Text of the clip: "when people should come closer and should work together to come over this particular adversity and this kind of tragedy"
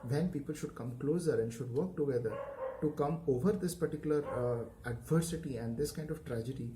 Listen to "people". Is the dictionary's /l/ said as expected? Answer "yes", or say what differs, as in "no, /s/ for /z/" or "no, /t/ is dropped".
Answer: yes